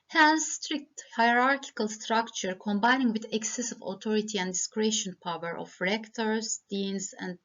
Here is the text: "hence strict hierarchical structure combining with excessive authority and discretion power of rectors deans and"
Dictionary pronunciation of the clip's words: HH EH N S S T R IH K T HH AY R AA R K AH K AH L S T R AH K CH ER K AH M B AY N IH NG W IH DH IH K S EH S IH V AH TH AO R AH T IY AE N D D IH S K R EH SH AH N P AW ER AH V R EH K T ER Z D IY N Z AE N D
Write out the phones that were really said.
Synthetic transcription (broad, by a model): HH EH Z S S T R IH K T HH AY R AA R K AH K AH L S T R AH K CH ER K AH M B AY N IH NG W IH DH IH K S EH S IH V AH T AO R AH T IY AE N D D IH S K R EH SH AH N P AW ER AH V R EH K T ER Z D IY N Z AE N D